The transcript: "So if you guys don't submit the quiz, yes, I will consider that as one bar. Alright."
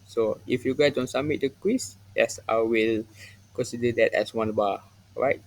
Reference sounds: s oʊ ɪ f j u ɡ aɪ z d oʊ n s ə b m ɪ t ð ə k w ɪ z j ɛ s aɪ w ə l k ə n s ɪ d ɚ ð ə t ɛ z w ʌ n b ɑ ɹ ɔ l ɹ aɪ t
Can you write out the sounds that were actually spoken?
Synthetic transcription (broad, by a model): s oʊ ɪ f j u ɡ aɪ d oʊ n s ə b m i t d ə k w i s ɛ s aɪ w ə l k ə n s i d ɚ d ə t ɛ s w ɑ n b ɑ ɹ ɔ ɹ aɪ t